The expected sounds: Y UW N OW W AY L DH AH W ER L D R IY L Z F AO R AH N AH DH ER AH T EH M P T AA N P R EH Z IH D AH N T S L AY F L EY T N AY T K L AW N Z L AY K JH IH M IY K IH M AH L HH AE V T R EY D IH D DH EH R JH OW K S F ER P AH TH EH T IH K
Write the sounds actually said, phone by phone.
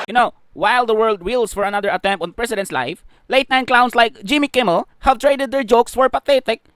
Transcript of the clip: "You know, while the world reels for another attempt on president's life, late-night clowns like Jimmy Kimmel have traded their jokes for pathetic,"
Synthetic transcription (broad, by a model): Y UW N OW W AY L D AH W ER L D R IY L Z F AO R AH N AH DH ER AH T EH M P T AA N P R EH S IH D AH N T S L AY F L EY T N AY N K L AW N S L AY K JH IH M IY K IH M AH L HH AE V T R EY D IH D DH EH R JH OW K S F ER P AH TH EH T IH K